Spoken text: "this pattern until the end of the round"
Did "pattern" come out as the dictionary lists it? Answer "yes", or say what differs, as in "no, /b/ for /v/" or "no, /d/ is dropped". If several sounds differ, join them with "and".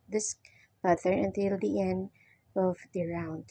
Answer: no, /n/ is dropped